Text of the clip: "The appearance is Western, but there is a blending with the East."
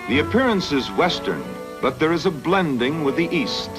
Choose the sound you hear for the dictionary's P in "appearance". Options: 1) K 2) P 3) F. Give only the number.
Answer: 2